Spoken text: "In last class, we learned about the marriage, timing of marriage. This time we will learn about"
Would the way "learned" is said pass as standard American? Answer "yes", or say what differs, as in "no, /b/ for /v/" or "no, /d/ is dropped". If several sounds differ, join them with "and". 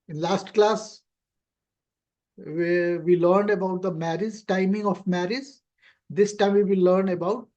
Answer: yes